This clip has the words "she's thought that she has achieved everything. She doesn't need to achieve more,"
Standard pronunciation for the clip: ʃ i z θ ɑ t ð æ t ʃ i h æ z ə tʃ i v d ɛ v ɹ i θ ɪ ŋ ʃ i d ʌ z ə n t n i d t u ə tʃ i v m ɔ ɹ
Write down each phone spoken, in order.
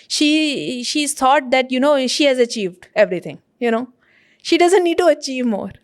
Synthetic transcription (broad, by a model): ʃ i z t ɑ t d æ t ʃ i h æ z ə tʃ i v d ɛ v ɹ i t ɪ ŋ ʃ i d ʌ z ə n t n i d t u ə tʃ i v m ɔ ɹ